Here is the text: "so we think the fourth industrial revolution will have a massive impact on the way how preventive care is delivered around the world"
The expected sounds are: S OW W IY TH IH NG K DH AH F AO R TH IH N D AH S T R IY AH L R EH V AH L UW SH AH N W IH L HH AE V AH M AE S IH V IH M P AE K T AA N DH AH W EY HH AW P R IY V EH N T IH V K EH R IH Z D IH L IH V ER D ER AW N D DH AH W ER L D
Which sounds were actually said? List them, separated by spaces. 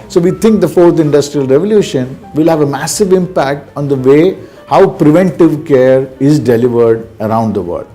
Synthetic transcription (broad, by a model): S OW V IY T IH NG K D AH F AO R T IH N D AH S T R IY AH L R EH V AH L UW SH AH N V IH L HH AE V AH M AE S IH V IH M P AE K T AA N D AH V EY HH AW P R IY V EH N T IH V K EH R IH Z D IH L IH V ER D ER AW N D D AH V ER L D